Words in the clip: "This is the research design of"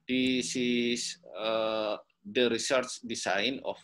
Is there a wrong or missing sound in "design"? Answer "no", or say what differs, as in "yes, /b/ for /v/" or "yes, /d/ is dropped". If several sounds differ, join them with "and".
yes, /s/ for /z/